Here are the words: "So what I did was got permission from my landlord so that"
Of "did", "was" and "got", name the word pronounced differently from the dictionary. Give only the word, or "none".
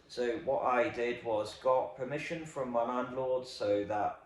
none